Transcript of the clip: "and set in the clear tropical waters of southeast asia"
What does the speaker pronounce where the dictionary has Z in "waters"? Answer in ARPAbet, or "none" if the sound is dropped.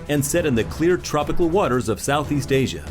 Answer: Z